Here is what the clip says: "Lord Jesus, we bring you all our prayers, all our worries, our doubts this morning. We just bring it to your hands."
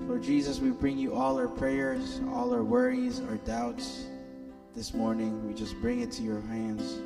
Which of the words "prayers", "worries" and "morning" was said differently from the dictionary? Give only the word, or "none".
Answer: none